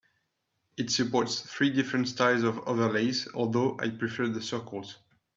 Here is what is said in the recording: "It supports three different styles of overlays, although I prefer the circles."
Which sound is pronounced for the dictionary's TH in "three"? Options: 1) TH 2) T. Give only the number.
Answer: 1